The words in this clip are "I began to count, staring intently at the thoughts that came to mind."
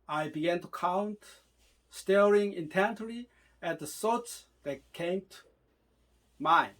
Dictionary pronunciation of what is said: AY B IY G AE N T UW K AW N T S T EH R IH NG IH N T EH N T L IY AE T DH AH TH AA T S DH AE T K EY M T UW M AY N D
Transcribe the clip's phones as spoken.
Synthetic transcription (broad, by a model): AY B IY G AE N T UW K AW N T S T EH R IH NG IH N T EH N T L IY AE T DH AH S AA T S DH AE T K EY M T UW M AY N